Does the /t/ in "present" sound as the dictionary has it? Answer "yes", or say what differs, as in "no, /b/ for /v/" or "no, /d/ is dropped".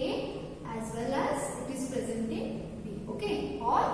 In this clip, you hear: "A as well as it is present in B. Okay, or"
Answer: yes